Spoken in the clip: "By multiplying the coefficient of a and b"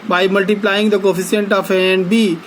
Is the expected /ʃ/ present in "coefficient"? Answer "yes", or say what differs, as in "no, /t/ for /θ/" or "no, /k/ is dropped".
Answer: no, /s/ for /ʃ/